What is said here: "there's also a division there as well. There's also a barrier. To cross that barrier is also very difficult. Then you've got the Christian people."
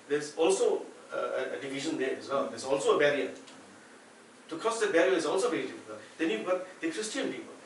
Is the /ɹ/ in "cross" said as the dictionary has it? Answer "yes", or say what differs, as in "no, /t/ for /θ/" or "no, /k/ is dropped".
no, /ɹ/ is dropped